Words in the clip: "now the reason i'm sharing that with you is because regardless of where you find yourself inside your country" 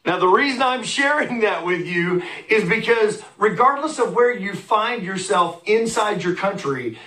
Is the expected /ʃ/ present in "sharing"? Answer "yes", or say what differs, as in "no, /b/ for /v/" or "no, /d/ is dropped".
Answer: yes